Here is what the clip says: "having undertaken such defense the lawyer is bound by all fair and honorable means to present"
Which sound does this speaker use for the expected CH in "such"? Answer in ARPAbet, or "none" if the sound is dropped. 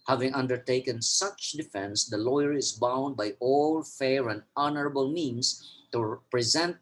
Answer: CH